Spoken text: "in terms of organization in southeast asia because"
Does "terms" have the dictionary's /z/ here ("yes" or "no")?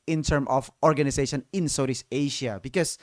no